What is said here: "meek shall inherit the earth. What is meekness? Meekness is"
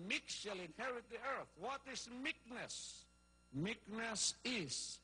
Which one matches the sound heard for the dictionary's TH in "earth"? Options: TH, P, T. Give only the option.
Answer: TH